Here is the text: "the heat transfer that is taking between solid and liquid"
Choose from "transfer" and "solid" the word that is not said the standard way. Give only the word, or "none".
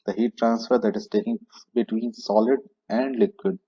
none